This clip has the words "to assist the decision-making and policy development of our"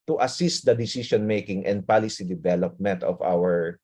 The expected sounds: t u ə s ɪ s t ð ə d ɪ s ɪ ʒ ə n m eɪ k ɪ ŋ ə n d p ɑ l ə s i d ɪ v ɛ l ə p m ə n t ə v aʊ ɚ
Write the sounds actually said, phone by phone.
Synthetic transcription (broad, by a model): t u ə s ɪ s t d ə d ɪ s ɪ ʃ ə n m eɪ k ɪ ŋ ə n d p ɑ l ə s i d ɪ v ɛ l ə p m ə n t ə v aʊ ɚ